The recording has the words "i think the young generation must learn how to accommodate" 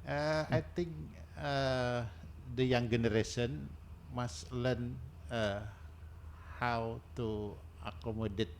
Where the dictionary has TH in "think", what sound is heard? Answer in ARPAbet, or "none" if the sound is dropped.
T